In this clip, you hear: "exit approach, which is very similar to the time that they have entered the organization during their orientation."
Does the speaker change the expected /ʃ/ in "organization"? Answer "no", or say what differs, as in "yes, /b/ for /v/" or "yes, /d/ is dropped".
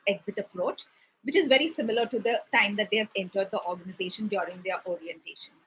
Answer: no